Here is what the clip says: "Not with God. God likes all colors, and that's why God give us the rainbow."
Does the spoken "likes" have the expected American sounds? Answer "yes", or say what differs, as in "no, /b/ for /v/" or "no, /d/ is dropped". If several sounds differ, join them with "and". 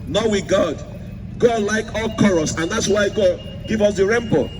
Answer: no, /s/ is dropped